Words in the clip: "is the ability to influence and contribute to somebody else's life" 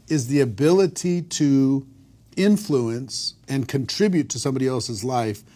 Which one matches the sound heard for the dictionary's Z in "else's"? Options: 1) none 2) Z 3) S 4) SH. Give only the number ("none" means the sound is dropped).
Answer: 2